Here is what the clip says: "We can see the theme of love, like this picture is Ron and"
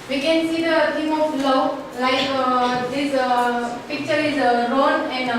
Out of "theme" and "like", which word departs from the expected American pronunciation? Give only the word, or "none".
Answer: theme